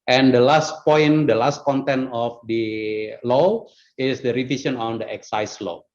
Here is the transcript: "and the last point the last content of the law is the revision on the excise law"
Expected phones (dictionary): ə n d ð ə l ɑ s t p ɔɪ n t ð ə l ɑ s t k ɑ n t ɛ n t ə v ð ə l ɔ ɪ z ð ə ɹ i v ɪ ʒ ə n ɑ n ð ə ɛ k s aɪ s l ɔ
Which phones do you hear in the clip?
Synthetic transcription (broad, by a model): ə n d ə l ɑ s t p ɔɪ n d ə l ɑ s t k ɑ n t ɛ n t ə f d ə l ɔ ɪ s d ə ɹ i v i s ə n ɑ n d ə ɛ k s aɪ s l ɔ